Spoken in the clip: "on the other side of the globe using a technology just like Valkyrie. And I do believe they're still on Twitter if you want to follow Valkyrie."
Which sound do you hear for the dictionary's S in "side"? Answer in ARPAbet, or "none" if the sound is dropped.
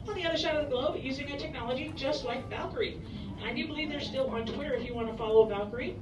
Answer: SH